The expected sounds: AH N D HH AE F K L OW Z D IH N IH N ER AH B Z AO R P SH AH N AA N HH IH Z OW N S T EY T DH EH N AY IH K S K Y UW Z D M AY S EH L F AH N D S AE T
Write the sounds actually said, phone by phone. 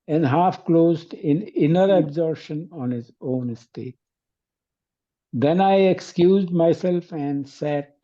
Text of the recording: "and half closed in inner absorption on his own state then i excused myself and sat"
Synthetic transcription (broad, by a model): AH N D HH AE F K L OW Z D IH N IH N ER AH B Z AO R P SH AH N AA N HH IH Z OW N S T EY T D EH N AY IH K S K Y UW Z D M AY S EH L F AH N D S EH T